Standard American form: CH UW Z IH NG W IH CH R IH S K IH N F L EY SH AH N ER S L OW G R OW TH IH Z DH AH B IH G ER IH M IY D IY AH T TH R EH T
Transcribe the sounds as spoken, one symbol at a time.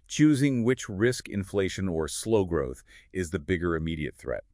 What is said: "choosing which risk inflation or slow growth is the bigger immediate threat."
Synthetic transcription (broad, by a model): CH UW Z IH NG W IH CH R IH S K IH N F L EY SH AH N ER S L OW G R OW TH IH Z DH AH B IH G ER IH M IY D IY AH T TH R EH T